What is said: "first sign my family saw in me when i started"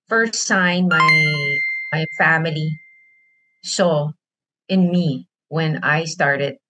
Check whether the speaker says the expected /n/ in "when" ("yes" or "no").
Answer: yes